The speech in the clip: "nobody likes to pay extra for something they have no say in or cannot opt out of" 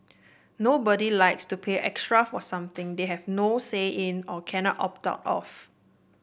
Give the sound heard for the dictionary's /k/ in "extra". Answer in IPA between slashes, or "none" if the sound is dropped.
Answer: /k/